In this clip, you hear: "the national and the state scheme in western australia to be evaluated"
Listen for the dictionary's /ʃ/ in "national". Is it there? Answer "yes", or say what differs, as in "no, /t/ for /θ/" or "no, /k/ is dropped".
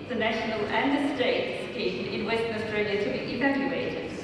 yes